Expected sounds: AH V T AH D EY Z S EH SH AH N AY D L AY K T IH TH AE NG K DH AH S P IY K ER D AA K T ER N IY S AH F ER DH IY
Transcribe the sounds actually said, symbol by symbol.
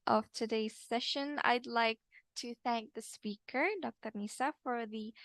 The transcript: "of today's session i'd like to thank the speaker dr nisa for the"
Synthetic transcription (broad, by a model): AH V T AH D EY Z S EH SH AH N AY D L AY K T IH TH AE NG K DH AH S P IY K ER D AA K T ER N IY S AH F ER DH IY